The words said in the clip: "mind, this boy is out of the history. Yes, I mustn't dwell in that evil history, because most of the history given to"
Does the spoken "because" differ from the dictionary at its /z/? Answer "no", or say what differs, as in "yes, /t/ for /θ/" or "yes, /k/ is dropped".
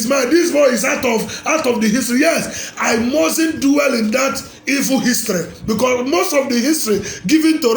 yes, /s/ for /z/